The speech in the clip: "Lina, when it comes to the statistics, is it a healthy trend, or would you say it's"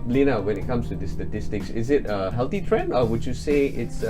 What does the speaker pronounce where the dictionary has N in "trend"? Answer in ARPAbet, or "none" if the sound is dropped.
N